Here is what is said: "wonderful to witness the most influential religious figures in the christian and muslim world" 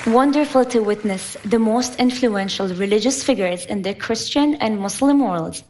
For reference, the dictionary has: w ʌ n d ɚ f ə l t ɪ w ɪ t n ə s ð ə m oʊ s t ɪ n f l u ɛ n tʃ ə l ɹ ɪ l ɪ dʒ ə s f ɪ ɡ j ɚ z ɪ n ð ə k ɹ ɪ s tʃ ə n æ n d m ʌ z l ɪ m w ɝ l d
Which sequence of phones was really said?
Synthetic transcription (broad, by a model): w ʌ n d ɚ f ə l t ɪ w ɪ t n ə s ð ə m oʊ s t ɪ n f l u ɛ n ʃ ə l ɹ ɪ l ɪ dʒ ə s f ɪ ɡ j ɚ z ɪ n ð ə k ɹ ɪ s tʃ ə n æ n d m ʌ s l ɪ m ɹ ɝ l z